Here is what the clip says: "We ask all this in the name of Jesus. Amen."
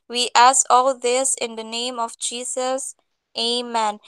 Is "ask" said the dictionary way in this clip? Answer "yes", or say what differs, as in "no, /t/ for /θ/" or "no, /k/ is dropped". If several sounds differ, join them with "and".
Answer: no, /k/ is dropped